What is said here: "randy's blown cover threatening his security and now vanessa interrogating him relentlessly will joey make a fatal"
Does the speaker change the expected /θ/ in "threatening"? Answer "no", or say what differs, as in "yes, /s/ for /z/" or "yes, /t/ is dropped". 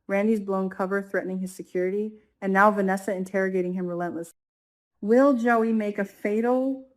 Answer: no